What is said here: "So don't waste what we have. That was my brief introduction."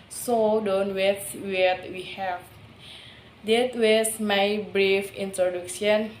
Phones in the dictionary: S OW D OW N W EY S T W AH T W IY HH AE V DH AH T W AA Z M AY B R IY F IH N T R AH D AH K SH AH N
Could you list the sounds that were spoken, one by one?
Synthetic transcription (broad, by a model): S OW D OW N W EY T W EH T W IY HH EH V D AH T W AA S M AY B R IY F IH N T R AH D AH K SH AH N